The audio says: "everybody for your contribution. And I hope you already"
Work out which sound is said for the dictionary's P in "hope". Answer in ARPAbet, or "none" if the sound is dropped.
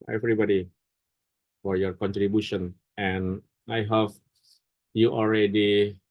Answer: F